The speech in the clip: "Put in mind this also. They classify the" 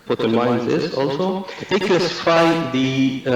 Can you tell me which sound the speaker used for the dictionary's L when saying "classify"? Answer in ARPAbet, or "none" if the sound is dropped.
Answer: none